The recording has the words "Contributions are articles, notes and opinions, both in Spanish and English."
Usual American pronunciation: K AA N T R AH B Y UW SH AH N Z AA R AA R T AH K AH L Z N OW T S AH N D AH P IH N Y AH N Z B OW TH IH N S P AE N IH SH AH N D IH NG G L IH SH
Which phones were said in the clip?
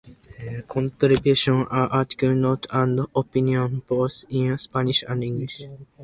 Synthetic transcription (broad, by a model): K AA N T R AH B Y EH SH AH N AA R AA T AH K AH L N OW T AH N D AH P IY N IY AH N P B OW S IH N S P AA N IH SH AH N D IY NG G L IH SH